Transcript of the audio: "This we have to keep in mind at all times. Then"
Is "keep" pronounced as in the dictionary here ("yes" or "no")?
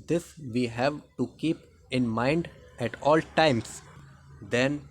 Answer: yes